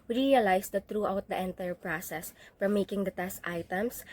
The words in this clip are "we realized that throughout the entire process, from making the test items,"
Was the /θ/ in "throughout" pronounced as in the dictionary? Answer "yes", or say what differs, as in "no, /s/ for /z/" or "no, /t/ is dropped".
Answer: no, /t/ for /θ/